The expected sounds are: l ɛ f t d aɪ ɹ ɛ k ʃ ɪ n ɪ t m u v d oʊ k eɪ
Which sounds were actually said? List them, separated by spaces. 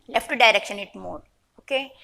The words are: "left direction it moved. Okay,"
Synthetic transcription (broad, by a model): l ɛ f t d aɪ ɹ ɛ k ʃ ɪ n ɪ t m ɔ d oʊ k eɪ